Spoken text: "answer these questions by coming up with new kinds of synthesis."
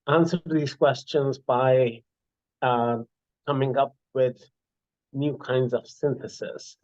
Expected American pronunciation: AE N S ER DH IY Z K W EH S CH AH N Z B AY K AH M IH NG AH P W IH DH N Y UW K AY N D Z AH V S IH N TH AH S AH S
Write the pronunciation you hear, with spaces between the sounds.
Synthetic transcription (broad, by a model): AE N S ER DH IY Z K W EH S CH AH N Z B AY K AH M IH NG AH P W IH DH N Y UW K AY N D Z AH V S IH N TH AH S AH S